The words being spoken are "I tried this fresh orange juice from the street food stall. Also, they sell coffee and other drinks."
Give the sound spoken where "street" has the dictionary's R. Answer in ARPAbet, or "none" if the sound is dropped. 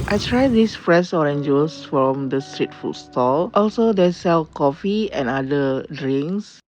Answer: R